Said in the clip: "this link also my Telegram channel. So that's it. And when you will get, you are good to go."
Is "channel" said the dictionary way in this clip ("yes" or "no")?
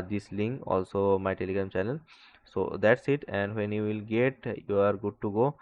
no